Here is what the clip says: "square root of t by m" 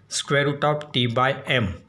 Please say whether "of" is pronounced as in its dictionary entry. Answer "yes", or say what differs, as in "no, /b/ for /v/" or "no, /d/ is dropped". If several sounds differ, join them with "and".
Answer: no, /p/ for /v/